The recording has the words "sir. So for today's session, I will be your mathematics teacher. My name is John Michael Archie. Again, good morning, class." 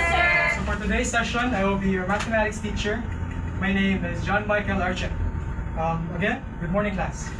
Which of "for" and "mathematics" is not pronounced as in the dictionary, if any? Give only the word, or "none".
none